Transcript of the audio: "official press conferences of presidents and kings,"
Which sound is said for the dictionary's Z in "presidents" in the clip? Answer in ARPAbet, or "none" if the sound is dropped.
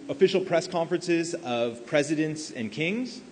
Z